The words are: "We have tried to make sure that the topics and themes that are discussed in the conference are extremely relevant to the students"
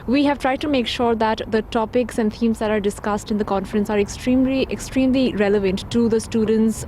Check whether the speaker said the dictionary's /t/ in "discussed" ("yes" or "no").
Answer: yes